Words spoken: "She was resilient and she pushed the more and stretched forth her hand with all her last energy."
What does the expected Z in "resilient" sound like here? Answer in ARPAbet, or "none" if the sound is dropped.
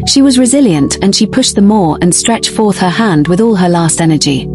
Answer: Z